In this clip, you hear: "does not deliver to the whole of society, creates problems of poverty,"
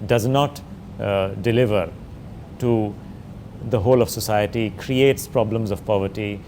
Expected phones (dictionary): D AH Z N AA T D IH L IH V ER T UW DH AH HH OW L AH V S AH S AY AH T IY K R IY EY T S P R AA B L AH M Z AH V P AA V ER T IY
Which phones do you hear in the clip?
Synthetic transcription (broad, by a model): D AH Z N AA T D IH L IH V ER T UW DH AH HH OW L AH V S AH S AY AH T IY K R IY EY T S P R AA B L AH M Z AH V P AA V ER T IY